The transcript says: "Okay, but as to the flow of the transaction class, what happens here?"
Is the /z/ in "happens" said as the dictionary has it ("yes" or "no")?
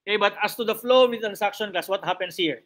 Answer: no